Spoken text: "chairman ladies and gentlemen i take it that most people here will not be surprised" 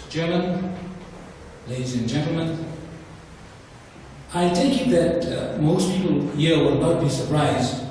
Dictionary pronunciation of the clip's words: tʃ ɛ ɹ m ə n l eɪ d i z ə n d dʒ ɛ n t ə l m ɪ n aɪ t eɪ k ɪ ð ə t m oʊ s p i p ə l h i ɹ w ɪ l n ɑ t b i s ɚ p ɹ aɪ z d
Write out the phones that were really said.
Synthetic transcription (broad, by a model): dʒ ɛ ɹ m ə n l eɪ d i z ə n dʒ ɛ n t l m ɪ n aɪ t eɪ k ɪ ð ə t m oʊ s p i p ə l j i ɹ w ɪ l n ɑ t b i s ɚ p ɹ aɪ z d